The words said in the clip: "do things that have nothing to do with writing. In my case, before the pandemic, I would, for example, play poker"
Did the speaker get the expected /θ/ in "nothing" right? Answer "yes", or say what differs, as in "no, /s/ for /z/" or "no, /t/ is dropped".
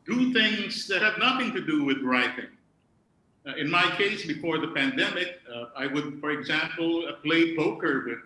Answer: yes